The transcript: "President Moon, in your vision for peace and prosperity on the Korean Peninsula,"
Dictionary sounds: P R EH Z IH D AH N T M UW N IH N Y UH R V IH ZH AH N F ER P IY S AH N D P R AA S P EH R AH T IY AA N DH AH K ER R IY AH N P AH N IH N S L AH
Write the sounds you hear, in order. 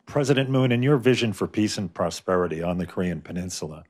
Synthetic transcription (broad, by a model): P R EH Z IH D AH N M UW N IH N Y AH R V IH ZH AH N F ER P IY S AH N P R AA S P EH R AH T IY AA N DH AH K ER R IY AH N P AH N IH N S L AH